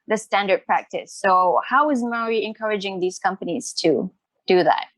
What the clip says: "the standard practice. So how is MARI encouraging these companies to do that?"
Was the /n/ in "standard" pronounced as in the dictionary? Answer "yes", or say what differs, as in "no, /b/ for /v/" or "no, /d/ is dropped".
yes